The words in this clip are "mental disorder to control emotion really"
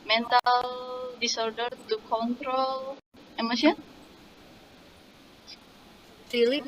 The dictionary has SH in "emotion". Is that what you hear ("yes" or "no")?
no